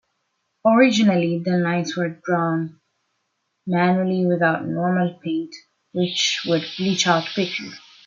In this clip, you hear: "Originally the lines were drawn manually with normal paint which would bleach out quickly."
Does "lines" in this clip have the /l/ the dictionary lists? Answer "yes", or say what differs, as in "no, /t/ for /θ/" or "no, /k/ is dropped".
no, /n/ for /l/